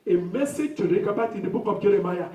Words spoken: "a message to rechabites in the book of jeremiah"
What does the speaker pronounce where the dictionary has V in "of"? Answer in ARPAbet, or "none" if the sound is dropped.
P